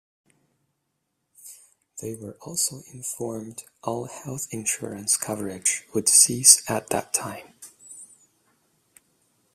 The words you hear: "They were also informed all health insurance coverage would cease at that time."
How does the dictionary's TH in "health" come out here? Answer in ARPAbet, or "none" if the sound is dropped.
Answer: TH